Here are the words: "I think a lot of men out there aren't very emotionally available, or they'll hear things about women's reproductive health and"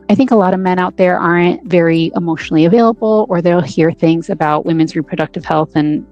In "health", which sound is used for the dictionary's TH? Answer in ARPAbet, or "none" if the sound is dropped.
TH